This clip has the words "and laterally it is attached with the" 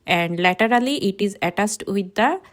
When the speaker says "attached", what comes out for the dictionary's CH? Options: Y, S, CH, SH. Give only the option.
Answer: S